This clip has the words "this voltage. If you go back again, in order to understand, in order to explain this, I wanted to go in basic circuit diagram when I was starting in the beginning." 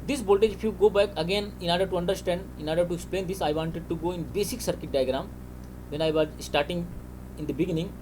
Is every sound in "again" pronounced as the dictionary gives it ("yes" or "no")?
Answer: yes